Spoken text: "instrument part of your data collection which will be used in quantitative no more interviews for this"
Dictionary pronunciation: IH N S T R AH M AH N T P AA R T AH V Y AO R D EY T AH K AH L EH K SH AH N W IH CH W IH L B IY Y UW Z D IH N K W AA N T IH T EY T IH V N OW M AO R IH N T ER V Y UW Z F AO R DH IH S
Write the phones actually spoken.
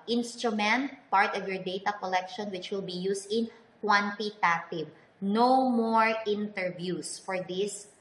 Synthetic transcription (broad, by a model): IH N S T R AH M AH N T P AA R T AH V Y AO R D EY T AH K AH L EH K SH AH N W IH CH W IH L B IY Y UW S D IH N K W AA N T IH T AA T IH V N OW M AO R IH N T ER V Y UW S F AO R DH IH S